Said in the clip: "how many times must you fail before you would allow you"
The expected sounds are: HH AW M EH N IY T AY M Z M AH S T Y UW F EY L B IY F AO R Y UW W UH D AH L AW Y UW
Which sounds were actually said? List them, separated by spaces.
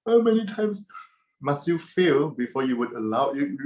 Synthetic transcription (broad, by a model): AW M EH N IY T AY M S M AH S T Y UW F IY L B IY F AO Y UW W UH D AH L AW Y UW